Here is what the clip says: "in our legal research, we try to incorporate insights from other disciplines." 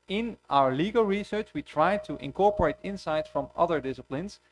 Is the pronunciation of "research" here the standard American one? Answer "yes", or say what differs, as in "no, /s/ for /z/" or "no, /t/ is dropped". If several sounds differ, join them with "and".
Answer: yes